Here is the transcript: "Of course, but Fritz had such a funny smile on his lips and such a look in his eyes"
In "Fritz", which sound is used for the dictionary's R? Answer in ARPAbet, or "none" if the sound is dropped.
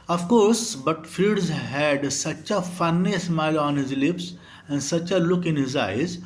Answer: none